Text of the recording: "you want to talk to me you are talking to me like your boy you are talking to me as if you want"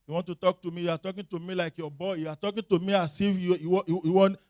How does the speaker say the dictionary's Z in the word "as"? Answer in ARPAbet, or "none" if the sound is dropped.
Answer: S